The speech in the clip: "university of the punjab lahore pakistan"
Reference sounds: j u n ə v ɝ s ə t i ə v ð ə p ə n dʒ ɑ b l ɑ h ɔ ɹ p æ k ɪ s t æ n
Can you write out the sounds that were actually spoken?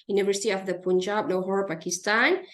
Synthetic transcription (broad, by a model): j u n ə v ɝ s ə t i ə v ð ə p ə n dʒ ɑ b n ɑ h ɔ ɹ p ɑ k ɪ s t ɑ n